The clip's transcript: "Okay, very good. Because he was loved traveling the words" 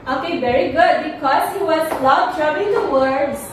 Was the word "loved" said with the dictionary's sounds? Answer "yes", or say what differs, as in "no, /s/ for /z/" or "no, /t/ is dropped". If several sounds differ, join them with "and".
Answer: no, /p/ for /v/